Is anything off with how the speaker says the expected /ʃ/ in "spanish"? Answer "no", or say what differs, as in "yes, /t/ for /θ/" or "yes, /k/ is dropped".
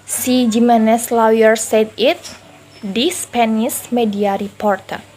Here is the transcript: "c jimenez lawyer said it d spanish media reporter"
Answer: yes, /s/ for /ʃ/